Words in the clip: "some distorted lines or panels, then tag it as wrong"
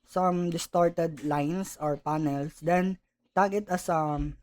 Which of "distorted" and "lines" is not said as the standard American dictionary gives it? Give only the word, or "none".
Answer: lines